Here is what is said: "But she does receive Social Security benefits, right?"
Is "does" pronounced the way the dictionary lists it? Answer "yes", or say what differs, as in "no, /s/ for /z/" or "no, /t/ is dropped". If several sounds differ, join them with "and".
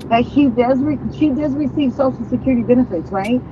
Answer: yes